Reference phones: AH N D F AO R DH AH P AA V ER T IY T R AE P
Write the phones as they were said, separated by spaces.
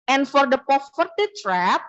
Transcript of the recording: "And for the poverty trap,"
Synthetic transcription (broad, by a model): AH N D F AO R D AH P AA F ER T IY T R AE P